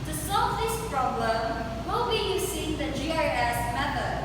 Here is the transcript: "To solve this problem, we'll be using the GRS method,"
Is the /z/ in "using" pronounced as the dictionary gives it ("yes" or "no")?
no